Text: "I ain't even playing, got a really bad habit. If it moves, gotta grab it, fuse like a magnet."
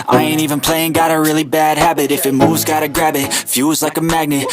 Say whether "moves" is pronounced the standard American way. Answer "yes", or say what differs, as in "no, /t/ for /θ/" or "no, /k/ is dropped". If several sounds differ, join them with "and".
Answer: yes